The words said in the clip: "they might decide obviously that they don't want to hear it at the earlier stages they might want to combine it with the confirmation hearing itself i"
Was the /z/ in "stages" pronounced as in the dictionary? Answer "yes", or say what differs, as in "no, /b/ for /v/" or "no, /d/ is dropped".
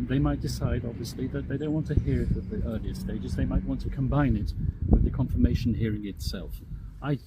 yes